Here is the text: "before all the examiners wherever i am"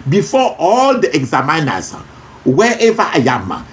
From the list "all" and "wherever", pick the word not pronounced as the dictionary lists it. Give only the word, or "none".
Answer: wherever